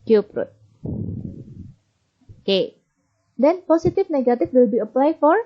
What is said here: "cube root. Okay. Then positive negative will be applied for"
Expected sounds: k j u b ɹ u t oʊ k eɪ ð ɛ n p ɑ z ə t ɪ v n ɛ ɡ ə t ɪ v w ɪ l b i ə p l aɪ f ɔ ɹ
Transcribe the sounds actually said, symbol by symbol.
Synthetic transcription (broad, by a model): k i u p ɹ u t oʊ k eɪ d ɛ n p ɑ s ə t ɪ f n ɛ ɡ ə t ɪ f w ɪ l b i ə p l aɪ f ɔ ɹ